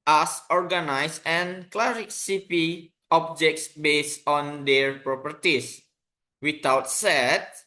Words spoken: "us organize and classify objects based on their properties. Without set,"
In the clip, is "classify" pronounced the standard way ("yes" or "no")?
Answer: no